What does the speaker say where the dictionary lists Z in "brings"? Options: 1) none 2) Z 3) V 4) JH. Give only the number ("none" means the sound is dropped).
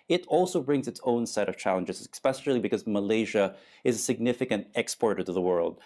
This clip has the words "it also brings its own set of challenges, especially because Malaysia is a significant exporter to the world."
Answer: 2